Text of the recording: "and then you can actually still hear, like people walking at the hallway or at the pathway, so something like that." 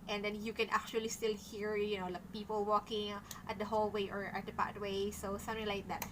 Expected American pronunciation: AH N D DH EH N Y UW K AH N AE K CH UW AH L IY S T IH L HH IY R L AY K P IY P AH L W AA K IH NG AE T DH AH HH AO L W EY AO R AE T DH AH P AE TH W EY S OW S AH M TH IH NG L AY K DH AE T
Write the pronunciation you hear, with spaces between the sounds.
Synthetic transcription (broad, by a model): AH N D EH N Y UW K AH N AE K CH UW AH L IY S T IH L HH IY R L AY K P IY P AH L W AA K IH NG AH T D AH HH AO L W EY AO R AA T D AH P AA T W EY S OW S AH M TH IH NG L AY K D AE T